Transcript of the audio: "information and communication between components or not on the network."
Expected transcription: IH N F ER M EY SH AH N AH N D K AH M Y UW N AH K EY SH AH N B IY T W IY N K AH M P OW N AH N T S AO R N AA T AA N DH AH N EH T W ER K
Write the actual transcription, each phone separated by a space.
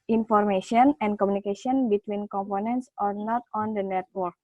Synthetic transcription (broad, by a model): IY N F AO M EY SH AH N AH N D K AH M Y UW N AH K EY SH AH N B IY T W IY N K AH M P OW N AH N T S AO R N AA T AA N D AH N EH T W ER K